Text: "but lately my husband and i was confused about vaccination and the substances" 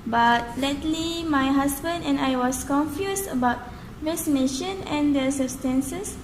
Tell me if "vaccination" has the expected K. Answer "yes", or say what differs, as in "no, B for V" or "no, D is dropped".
no, K is dropped